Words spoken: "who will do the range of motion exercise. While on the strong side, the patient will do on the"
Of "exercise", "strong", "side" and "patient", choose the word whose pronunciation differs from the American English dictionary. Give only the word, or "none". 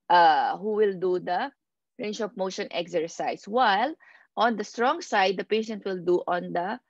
exercise